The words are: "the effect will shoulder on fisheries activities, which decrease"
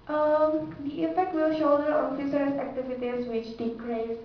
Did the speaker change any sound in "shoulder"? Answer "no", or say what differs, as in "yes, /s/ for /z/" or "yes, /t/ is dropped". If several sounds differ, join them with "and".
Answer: yes, /l/ is dropped